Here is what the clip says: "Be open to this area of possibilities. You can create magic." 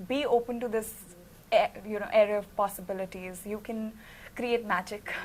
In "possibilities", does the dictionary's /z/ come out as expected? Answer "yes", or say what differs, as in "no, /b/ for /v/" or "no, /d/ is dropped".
yes